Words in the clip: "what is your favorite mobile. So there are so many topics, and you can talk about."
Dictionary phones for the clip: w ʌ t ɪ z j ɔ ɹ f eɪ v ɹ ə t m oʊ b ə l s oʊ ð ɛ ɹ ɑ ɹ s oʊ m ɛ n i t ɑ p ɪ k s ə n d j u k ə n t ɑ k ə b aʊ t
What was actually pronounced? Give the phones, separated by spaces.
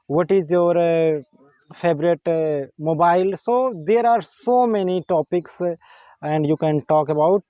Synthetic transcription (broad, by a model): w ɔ t ɪ z j ɔ ɹ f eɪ b ɹ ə t m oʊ b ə l s oʊ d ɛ ɹ ɑ ɹ s oʊ m ɛ n i t ɑ p ɪ k s ə n d j u k ə n t ɑ k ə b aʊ t